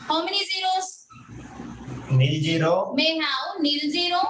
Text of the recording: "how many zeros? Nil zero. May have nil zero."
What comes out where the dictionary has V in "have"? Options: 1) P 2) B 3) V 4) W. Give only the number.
4